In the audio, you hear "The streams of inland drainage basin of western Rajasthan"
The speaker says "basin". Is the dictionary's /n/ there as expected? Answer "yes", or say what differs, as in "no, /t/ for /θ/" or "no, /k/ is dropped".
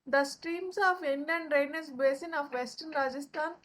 yes